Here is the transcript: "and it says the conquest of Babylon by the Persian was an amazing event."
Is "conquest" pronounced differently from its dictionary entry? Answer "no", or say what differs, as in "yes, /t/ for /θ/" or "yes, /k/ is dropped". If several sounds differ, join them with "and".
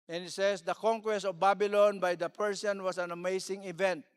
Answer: no